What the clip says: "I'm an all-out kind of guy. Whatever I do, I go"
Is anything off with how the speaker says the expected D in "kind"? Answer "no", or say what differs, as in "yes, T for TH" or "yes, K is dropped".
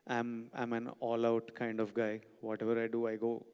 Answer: no